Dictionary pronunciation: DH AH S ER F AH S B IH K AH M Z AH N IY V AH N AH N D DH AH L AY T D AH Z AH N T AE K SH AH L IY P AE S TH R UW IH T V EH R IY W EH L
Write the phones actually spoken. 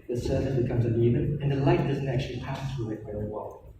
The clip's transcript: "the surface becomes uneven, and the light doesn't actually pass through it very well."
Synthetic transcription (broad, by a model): DH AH S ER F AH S B IH K AH M Z AH N IY V AH N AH N DH AH L AY T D AH Z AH N T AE K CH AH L IY P AE S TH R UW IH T V EH R IY W EH L